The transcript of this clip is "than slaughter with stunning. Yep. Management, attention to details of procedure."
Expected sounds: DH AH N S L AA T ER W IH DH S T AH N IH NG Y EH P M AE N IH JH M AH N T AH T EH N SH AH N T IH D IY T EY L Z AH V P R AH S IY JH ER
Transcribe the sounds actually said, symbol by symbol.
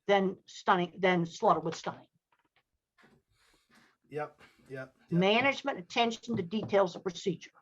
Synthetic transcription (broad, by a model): DH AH N S L AA T ER W IH DH S T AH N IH NG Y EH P M AE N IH JH M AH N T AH T EH N SH N T IH D IY T EY L Z AH V P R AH S IY JH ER